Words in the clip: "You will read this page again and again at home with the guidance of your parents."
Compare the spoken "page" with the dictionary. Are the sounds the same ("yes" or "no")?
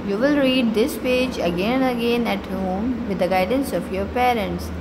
yes